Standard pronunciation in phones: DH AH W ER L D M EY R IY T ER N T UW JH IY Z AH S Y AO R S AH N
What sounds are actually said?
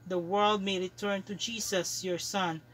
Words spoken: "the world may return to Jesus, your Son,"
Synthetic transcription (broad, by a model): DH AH W ER L D M EY R IY T ER N T UW JH IY S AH S Y AO R S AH N